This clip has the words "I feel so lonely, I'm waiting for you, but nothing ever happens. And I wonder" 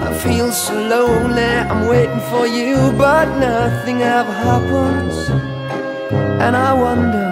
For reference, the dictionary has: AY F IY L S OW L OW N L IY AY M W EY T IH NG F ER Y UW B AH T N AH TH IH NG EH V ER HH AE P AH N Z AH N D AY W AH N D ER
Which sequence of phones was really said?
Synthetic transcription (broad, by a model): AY F IY L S L OW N IY AY M W EY T IH NG F ER Y UW B AH T N AH TH IH NG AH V HH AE P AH N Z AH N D AY W AH N D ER